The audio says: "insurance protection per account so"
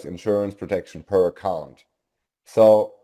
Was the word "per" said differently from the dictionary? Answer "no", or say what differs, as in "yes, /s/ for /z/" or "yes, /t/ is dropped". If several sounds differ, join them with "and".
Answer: no